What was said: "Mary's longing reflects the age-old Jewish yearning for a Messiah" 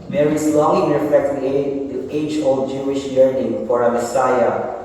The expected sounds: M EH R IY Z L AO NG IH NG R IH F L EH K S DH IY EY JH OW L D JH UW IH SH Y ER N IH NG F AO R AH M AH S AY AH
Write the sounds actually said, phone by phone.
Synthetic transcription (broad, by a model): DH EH R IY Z L AO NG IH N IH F EH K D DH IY EY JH OW L D JH UW IH SH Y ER N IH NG F AO R AH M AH S AY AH